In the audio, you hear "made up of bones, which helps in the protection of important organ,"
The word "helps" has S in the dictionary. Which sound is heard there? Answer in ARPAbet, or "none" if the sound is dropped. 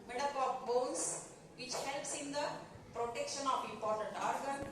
S